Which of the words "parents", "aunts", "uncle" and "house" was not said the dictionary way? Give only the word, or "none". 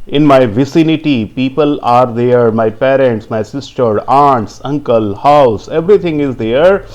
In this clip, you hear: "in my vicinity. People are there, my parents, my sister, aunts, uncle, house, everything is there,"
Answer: none